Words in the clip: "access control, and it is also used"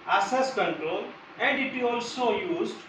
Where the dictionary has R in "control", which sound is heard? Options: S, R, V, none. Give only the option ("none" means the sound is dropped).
none